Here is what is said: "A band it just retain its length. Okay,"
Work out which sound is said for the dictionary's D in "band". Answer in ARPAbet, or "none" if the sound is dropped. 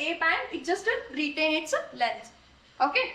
none